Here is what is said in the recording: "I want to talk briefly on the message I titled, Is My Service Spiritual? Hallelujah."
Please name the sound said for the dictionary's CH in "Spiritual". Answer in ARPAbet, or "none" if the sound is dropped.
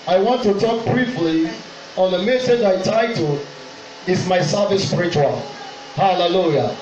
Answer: CH